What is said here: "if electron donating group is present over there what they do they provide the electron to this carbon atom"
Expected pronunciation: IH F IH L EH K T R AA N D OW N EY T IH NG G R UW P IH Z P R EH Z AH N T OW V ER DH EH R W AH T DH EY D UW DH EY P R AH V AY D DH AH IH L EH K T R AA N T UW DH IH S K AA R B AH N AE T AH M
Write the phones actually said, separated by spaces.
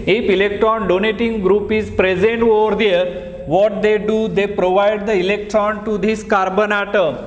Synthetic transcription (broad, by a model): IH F IH L EH K T R AA N D OW N EY T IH NG G R UW P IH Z P R EH Z AH N T OW V ER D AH R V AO T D EY D UW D EY P R AH V AY D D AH IH L EH K T R AA N T UW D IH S K AA R B AH N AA T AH